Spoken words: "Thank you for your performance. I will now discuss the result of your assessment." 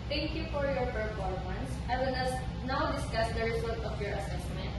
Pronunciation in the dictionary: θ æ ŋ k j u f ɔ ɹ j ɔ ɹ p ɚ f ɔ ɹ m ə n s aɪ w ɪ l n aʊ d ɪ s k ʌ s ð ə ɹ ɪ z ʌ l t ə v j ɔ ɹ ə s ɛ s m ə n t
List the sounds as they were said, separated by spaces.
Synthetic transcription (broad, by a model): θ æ ŋ k j u f ɔ ɹ j ɔ ɹ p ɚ p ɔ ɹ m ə n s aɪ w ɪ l n aʊ d ɪ s k ʌ s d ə ɹ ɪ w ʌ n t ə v j ɔ ɹ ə s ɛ s m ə n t